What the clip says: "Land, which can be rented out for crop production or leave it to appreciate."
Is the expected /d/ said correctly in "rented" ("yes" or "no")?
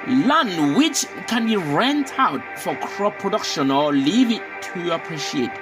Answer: no